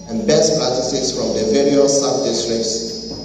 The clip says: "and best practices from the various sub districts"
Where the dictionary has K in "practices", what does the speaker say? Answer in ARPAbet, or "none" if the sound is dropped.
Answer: none